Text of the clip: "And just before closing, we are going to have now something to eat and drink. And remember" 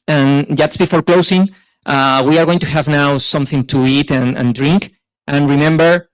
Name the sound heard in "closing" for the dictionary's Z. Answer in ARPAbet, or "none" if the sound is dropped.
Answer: S